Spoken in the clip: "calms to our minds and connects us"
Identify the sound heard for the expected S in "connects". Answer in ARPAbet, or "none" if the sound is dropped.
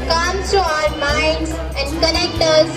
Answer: none